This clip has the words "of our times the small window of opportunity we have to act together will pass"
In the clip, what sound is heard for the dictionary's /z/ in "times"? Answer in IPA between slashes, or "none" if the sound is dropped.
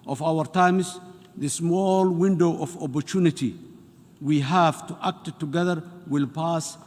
/s/